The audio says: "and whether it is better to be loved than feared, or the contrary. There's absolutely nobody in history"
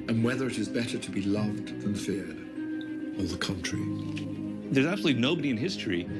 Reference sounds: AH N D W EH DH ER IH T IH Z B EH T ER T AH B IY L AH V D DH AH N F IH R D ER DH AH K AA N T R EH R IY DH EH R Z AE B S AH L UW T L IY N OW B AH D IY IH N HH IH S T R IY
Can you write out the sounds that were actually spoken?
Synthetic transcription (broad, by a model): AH N W EH DH ER IH T IH Z B EH T ER T AH B IY L AH V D DH AH N F IH R D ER DH AH K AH N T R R IY DH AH R Z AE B S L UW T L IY N OW B AH D IY IH N HH IH S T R IY